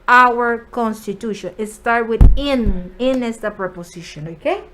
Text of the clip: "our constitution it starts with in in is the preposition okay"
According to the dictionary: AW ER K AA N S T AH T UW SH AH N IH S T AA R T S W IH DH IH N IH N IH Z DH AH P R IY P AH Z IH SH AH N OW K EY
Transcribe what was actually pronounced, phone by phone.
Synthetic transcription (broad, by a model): AW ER K AA N S T AH T UW SH AH N IH S T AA R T W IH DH IH N IH N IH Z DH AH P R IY P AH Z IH SH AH N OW K EY